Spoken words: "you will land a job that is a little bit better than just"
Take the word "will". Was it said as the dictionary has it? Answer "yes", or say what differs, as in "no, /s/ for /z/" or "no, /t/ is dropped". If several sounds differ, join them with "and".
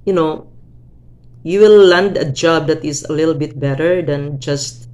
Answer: no, /w/ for /l/